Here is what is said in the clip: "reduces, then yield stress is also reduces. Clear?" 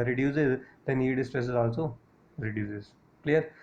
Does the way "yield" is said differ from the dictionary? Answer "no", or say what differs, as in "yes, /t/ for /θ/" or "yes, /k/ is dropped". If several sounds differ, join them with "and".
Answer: yes, /l/ is dropped